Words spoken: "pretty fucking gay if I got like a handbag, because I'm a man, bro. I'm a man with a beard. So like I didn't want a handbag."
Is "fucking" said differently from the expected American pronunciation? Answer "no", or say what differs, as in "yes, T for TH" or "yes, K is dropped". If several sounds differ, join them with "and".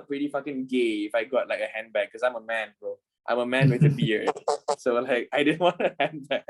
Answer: no